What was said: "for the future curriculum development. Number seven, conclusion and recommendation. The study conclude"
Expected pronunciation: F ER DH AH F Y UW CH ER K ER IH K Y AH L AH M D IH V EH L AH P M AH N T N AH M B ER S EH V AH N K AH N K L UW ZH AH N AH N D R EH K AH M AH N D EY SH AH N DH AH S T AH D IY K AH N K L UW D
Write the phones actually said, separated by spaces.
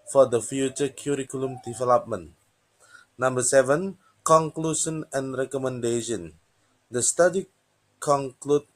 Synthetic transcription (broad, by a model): F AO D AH F Y UW CH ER K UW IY K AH L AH M D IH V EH L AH P M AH N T N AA M B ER S EH V AH N K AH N K L UW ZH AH N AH N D R EH K AH M AH N D EY SH AH N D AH S T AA D IY K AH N K L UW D